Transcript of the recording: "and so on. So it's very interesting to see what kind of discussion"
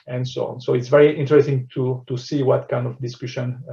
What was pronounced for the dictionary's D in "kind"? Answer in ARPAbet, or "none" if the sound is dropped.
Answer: D